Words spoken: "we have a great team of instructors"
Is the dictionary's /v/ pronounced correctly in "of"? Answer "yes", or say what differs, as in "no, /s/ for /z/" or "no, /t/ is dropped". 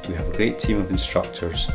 yes